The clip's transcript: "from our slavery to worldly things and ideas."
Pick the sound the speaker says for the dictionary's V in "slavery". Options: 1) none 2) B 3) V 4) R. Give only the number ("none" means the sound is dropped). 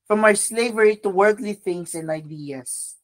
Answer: 3